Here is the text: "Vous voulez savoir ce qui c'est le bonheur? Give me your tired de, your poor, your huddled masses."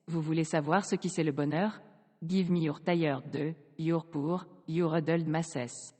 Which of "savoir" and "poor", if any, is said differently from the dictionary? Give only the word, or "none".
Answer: none